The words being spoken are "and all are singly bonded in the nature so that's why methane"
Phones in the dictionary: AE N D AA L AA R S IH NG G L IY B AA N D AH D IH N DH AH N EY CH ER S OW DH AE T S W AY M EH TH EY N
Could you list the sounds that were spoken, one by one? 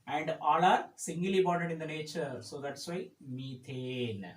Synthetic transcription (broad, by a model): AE N D AA L AA R S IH NG G L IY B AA D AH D IH N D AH N EY CH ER S OW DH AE T S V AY M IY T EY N